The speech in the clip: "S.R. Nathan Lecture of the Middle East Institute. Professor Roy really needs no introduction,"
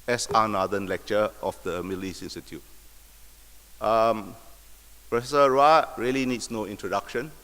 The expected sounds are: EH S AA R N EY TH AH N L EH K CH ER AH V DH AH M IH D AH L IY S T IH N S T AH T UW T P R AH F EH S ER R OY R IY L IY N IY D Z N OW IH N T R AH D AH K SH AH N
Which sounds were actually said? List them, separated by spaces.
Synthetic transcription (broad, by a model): EH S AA N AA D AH N L EH K CH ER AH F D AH M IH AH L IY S IH N S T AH T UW T P R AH F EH S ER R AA R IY L IY N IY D S N OW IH N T R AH D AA K SH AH N